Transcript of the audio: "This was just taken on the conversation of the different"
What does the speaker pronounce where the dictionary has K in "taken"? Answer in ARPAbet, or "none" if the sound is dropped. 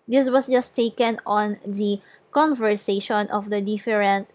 K